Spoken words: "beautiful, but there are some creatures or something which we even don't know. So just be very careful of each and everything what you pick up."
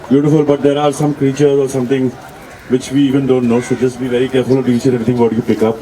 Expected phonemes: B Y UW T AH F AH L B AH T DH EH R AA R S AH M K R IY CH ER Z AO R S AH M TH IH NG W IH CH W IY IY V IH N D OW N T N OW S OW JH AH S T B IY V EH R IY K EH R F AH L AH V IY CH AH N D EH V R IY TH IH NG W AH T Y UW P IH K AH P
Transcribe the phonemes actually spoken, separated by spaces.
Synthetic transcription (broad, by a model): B Y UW T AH F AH L B AH T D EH R AA R S AH M K R IY CH ER Z AO R S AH M T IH NG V IH CH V IY IY V IH N D OW N T N OW S OW JH AH S T B IY V EH R IY K EH R F AH L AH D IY S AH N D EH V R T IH NG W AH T Y UW P IH K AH P